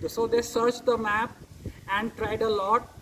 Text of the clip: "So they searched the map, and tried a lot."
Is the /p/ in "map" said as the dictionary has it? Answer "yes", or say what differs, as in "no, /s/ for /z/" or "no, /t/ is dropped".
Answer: yes